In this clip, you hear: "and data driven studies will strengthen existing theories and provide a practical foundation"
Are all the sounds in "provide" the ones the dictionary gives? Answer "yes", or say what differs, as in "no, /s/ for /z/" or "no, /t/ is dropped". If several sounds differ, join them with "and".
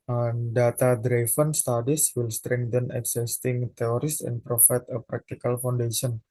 no, /f/ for /v/